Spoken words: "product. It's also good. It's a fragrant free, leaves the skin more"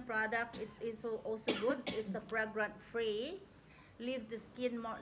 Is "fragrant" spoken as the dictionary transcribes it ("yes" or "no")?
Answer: no